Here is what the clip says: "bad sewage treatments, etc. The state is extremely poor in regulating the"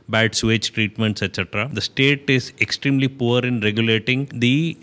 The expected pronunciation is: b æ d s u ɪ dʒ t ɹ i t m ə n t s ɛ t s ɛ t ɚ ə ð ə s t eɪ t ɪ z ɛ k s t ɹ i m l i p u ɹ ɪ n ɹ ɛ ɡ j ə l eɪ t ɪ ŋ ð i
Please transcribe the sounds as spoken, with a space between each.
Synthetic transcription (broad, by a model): b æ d s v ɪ tʃ t ɹ i t m ə n t s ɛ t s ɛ t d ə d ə s t eɪ t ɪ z ɛ k s t ɹ i m l i p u ɹ ɪ n ɹ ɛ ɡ j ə l eɪ t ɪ ŋ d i